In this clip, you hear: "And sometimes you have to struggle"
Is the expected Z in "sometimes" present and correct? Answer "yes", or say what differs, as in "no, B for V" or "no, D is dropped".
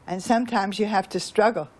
yes